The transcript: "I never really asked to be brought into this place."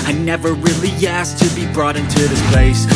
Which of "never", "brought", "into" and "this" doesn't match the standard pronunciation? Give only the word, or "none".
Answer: none